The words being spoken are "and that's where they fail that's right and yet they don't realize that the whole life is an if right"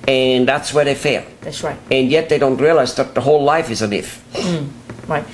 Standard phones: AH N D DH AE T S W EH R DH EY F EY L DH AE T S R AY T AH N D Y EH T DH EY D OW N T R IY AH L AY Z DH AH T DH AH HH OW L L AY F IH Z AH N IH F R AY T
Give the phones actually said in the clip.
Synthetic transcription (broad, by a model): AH N DH AE T S W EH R DH EY F EY L DH AE T S R AY T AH N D Y EH T DH EY D OW N T R IY AH L AY Z DH AH T DH AH HH OW L L AY F IH Z AH N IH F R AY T